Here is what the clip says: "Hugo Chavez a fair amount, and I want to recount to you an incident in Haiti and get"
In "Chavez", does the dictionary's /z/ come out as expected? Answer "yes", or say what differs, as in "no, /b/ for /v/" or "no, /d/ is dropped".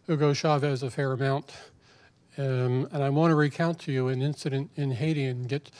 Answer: yes